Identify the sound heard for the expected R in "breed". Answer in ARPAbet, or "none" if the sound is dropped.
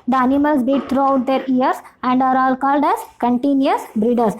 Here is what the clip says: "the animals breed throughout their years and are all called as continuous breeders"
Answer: none